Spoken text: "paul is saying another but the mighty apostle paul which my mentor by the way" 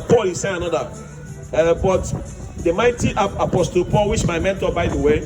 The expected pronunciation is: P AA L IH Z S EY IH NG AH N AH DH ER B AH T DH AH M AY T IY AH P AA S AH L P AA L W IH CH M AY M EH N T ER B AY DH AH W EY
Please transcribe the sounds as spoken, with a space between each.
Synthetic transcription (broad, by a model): P AA L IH S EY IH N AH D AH ER B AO T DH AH M AY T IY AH P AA S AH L P AA L W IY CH M AY M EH N T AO B AY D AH W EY